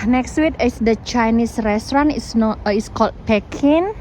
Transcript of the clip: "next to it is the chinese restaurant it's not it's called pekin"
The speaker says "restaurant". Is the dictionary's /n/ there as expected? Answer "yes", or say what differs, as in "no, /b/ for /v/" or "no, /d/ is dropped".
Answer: no, /n/ is dropped